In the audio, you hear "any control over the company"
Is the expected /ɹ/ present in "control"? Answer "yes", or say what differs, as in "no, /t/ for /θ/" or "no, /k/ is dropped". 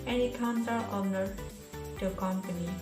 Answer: no, /ɹ/ is dropped